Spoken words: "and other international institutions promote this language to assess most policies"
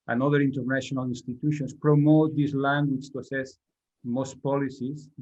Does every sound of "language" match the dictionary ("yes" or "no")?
no